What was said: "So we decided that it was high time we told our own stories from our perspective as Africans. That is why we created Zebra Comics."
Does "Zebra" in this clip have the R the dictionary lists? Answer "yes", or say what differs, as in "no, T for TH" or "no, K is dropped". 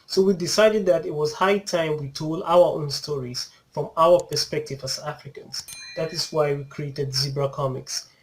yes